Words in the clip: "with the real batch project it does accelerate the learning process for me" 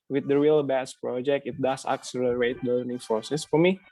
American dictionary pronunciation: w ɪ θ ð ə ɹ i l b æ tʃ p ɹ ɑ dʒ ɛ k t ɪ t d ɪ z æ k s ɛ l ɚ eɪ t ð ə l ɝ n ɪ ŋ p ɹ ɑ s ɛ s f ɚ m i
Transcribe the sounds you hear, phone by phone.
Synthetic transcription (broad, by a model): w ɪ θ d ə ɹ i l b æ s p ɹ ɑ dʒ ɛ k t ɪ t d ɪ s æ k s ɛ l ɚ eɪ t l ɝ n ɪ ŋ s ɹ s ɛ s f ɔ m i